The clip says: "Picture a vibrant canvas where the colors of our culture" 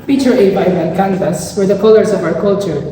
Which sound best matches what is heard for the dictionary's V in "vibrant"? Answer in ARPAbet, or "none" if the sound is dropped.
B